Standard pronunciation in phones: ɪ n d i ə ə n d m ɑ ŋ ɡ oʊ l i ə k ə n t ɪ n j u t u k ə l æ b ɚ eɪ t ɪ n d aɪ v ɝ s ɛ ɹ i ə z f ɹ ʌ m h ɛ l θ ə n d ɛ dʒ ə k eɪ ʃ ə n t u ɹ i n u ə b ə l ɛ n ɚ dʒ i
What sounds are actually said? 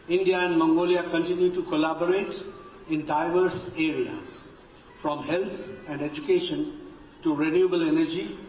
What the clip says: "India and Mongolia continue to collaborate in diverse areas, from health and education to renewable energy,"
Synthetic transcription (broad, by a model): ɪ n d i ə ə n d m ɑ ŋ ɡ oʊ l i ə k ə n t ɪ n j u t u k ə l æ b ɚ eɪ t ɪ n d aɪ v ɝ s ɛ ɹ i ə z f ɹ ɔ m h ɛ l t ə n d ɛ dʒ ə k eɪ ʃ ə n t u ɹ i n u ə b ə l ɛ n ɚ dʒ i